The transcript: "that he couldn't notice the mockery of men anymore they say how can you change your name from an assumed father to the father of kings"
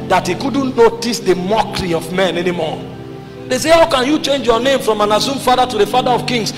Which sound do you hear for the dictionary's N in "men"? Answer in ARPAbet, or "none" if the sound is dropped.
N